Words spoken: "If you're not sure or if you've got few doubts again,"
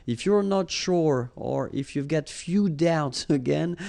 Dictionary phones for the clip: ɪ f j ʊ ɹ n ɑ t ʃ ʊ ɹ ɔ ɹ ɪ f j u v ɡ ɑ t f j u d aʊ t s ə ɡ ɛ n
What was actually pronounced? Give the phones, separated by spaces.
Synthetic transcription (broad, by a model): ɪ f j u ɹ n ɑ t ʃ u ɹ ɔ ɹ ɪ f j u v ɡ ɑ t f j u d aʊ t s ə ɡ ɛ n